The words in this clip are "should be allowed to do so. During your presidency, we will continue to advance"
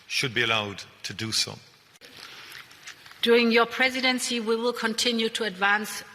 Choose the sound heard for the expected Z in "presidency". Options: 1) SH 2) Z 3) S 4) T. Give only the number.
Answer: 2